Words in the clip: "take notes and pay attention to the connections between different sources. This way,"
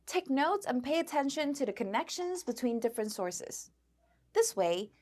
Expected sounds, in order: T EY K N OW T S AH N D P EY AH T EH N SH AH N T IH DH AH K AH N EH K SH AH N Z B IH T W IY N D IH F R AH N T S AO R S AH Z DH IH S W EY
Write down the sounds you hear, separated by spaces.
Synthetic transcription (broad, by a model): T EY K N OW T S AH N P EY AH T EH N SH AH N T IH DH AH K AH N EH K SH AH N Z B IH T W IY N D IH F R AH N T S AO R S AH Z DH IH S W EY